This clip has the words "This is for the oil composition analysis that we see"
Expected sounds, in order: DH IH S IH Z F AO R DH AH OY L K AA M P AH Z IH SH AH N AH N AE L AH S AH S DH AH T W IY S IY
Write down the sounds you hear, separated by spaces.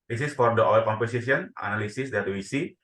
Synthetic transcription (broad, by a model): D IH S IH S F AO R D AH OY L K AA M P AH S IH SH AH N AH N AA L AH S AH S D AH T W IY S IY